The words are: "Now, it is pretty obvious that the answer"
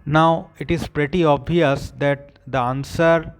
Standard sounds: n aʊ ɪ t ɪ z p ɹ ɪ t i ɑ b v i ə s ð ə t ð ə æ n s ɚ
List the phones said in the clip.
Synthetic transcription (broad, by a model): n aʊ ɪ t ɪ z p ɹ ɪ t i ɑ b i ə s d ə t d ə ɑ n s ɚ